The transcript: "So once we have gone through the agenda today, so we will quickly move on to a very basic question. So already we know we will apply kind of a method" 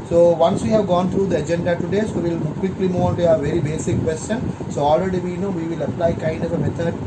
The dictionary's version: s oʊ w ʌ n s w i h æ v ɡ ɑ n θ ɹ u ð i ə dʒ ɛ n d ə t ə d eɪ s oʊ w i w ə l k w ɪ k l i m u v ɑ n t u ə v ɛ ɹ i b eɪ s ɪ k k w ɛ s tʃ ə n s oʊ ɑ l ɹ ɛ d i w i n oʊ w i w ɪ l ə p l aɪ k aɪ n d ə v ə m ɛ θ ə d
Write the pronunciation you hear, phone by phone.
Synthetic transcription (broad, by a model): s oʊ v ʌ n s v i h æ v ɡ ɑ n t ɹ u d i ə dʒ ɛ n d ə t ə d eɪ s oʊ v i l k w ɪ k l i m u v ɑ n t u ə v ɛ ɹ i b eɪ s ɪ k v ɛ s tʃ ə n s oʊ ɑ l ɹ ɛ d i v i n oʊ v i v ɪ l ə p l aɪ k aɪ n d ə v ə m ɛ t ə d